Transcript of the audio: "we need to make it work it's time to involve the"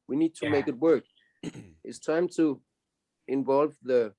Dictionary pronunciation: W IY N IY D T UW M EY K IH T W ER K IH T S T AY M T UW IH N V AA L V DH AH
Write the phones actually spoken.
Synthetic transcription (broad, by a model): W IY N IY D T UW M EY K IH T W ER K IH T S T AY M T UW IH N V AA L V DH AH